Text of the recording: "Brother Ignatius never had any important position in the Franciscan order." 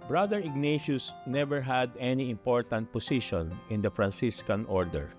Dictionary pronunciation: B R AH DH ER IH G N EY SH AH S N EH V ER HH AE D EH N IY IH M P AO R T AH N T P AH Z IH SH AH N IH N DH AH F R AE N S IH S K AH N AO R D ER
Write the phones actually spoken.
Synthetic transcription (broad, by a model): B R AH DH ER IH G N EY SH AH S N EH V ER HH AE D EH N IY IH M P AO R T AH N T P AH S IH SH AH N IH N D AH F R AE N S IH S K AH N AO R D ER